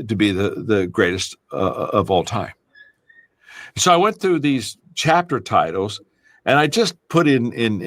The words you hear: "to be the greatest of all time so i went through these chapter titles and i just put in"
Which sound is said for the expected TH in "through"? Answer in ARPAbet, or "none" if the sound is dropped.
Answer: TH